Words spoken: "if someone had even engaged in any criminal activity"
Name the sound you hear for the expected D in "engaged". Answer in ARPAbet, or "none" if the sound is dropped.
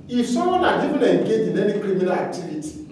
none